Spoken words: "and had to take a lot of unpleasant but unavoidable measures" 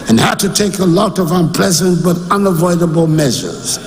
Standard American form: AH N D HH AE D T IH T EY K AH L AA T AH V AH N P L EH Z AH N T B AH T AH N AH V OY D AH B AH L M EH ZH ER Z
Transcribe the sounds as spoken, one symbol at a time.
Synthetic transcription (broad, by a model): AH N HH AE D T IH T EY K AH L AA T AH V AH N P L EH Z AH N T B AH T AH N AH V OY D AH B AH L M EH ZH ER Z